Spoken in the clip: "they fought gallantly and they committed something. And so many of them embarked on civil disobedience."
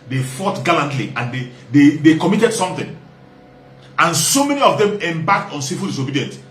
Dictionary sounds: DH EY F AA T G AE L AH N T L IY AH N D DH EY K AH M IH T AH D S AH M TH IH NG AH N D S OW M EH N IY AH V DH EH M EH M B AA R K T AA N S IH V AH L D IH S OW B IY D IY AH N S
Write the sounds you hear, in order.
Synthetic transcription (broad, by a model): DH EY F AA T G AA L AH N T L IY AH N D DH EY K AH M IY T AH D S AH M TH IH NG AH N S OW M EH N IY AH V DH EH M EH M B AA K T AA N S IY F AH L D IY S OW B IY D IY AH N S